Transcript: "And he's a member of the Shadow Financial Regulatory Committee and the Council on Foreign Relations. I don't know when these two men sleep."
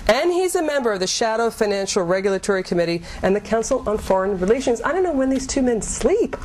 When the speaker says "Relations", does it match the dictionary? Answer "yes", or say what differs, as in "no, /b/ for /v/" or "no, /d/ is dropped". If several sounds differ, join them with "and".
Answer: yes